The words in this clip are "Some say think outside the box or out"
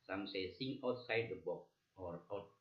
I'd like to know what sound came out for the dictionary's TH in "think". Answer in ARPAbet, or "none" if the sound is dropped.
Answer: S